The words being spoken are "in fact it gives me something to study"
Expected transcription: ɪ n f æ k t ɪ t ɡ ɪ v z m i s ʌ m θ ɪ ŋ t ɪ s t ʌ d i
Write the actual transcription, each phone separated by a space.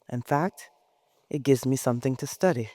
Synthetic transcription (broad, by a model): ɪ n f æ k t ɪ t ɡ ɪ v z m i s ʌ m θ ɪ ŋ t ɪ s t ʌ d i